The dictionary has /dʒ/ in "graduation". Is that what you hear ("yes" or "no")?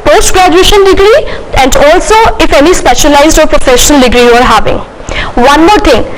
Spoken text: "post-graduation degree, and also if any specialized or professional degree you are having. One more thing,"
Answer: yes